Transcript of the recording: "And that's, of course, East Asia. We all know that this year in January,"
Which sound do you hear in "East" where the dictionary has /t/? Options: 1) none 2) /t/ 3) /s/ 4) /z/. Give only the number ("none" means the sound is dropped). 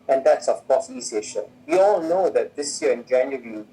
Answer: 1